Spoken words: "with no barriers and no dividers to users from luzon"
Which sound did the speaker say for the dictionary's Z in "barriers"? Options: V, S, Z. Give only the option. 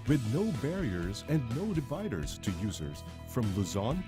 Z